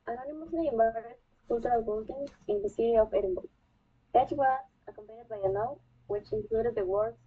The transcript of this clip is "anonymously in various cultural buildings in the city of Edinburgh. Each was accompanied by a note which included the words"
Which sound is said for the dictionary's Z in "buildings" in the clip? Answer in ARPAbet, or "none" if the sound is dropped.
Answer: none